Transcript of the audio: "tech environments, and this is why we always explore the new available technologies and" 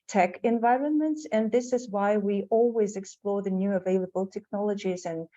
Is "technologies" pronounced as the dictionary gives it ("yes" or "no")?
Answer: yes